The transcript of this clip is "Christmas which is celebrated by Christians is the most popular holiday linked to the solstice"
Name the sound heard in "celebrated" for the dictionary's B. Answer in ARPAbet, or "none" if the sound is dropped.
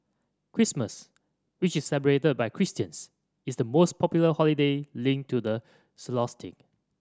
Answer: none